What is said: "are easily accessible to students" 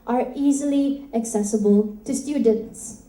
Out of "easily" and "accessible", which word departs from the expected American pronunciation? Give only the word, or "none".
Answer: none